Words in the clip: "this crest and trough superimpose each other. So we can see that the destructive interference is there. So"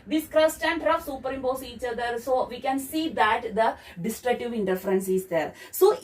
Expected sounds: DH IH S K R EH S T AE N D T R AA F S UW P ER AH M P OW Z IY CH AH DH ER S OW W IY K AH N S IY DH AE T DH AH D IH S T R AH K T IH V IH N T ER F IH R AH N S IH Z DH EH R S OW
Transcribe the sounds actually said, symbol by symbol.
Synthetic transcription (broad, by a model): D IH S K R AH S T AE N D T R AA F S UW P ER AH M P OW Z IY CH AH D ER S OW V IY K AH N S IY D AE T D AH D IH S T R AH K T IH V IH N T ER F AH R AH N S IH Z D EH R S OW